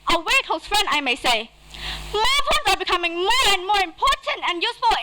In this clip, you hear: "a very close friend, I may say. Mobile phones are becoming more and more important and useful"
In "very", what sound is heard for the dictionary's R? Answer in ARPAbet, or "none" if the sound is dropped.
W